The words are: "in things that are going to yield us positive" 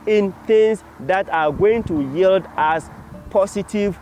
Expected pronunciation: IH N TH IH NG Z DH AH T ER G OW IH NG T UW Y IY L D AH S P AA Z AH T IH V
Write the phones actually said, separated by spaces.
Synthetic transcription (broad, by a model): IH N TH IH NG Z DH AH T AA G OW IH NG T UW Y IY L D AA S P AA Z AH T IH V